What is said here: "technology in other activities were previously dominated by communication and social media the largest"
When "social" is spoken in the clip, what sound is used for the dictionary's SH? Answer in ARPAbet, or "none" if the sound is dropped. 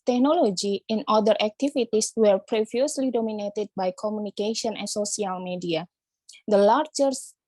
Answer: S